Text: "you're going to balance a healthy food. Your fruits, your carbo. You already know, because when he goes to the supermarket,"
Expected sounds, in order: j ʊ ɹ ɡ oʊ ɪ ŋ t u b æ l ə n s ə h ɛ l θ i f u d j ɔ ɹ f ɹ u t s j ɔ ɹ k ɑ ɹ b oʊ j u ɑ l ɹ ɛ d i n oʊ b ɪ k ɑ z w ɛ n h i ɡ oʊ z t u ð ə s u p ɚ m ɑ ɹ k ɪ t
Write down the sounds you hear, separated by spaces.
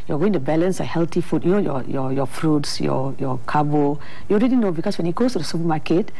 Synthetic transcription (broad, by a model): j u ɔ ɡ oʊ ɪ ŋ t u b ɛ l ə n s ə h ɛ l t i f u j j ɔ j f ɹ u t s j ɔ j k ɑ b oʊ j u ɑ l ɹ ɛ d i n oʊ b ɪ k ɑ s w ɛ n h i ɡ oʊ s t u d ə s u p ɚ m ɑ k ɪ t